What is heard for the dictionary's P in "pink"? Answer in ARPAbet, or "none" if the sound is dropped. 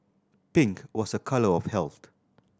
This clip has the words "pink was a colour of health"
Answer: P